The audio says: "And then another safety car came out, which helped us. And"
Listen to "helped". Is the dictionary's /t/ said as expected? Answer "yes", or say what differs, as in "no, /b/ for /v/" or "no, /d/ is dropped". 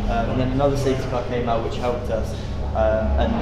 yes